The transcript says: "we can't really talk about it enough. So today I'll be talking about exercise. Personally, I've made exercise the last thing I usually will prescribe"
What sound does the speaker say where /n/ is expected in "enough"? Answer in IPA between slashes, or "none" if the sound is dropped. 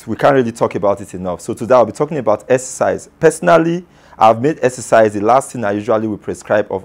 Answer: /n/